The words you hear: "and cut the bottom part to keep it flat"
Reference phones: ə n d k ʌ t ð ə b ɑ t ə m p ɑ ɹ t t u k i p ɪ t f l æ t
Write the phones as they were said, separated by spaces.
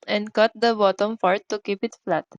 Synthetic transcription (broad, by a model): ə n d k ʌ t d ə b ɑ t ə m f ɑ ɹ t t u k i p ɪ t f l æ t